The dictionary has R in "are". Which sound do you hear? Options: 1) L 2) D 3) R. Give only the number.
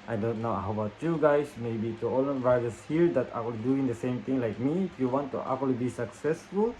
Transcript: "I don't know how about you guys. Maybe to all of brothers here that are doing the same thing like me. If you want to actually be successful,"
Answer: 1